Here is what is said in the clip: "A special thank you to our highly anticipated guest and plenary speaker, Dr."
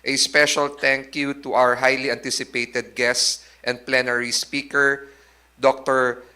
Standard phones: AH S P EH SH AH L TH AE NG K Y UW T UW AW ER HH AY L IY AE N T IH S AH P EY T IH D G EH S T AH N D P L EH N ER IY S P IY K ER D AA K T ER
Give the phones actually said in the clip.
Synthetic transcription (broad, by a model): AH S P EH SH AH L T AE NG K Y UW T UW AW ER HH AY L IY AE N T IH S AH P EY T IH D G EH S T AH N D P L EH N ER IY S P IY K ER D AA K T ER